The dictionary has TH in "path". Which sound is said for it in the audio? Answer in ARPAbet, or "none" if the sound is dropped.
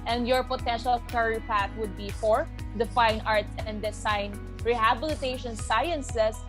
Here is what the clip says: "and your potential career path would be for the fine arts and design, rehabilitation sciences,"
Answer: T